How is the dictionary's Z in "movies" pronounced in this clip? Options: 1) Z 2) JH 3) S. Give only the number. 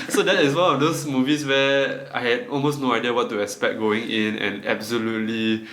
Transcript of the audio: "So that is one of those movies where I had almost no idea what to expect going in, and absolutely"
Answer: 3